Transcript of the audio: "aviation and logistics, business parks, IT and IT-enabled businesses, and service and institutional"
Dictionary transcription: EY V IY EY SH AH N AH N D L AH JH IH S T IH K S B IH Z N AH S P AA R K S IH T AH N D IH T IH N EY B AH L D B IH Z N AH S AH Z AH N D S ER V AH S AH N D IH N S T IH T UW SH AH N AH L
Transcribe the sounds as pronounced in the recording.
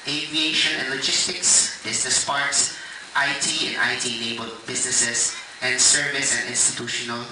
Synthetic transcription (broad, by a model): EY V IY EY SH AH N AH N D L AH JH IH S T IH K S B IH S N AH S P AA R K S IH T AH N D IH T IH L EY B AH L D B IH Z N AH S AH S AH N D S ER V AH S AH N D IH N S T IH T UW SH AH N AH L